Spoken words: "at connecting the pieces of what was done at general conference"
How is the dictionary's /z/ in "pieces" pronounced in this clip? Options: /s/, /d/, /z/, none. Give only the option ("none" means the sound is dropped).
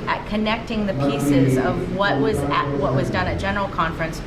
/z/